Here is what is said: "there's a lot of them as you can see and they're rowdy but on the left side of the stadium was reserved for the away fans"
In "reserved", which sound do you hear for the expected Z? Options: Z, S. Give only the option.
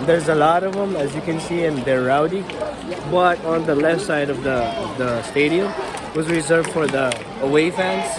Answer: Z